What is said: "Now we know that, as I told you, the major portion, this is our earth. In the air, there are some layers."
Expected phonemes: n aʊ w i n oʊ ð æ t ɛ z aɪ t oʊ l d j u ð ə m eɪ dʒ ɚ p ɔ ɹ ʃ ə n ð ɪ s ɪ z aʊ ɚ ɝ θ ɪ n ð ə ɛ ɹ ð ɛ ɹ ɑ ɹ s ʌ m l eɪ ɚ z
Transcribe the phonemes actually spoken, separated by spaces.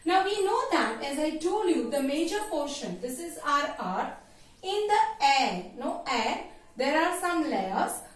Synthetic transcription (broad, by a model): n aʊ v i n oʊ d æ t ɛ z aɪ t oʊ l j u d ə m eɪ dʒ ɚ p ɔ ɹ ʃ ə n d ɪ s ɪ z aʊ ɚ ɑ t ɪ n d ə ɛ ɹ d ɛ ɹ ɑ ɹ s ʌ m l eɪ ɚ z